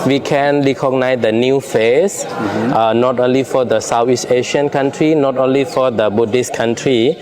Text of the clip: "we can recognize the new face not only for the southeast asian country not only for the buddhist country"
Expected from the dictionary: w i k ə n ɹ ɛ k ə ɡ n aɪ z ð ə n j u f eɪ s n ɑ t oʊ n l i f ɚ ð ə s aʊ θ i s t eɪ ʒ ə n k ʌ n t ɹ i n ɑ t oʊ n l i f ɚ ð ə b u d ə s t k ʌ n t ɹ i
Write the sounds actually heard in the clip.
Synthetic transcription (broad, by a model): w i k ə n ɹ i k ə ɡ n aɪ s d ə n j u f eɪ s n ɑ t oʊ n l i f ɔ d ə s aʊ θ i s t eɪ ʃ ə n k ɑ n t ɹ i n ɑ t oʊ n l i f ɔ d ə b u d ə s k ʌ n t ɹ i